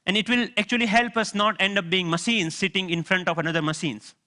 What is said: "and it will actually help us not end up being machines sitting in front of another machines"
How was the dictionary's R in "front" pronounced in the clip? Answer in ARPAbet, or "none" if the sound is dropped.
R